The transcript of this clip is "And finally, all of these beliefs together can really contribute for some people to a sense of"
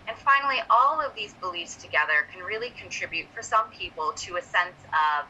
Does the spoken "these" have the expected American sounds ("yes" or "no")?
yes